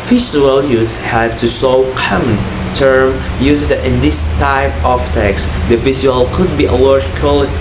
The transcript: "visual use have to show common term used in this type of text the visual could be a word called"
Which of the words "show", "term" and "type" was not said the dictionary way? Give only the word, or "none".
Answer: show